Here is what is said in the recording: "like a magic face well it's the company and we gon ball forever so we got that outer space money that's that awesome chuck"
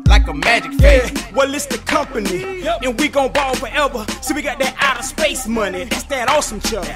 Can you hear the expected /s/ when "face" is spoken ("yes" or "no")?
no